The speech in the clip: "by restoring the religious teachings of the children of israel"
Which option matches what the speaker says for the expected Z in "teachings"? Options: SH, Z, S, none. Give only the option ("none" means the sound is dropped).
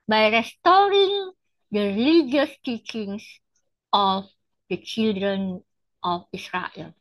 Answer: S